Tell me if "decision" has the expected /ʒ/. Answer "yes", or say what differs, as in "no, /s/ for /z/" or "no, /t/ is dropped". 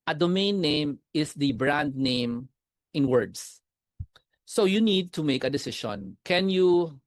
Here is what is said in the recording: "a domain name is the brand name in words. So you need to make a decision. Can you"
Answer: no, /ʃ/ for /ʒ/